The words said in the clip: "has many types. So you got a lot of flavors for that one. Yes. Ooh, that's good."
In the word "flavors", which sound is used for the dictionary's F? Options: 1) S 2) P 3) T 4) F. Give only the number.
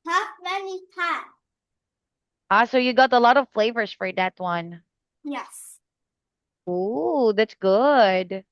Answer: 4